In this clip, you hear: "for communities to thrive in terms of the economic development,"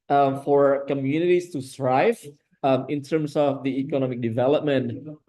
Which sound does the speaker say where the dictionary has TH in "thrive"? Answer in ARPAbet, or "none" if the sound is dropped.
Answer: S